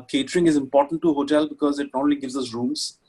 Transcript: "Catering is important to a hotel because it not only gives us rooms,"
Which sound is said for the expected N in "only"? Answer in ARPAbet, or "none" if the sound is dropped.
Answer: none